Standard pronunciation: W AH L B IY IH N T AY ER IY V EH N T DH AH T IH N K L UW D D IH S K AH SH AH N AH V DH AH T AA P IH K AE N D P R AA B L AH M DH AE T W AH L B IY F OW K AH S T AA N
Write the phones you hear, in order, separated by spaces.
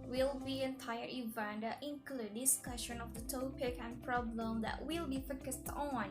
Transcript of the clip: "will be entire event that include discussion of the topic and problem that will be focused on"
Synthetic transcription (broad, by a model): W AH L B IY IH N T AY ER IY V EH N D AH T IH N K L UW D D IH S K AH SH AH N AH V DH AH T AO P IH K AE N P R AA B L AH M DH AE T W AH L B IY F OW K AH S T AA N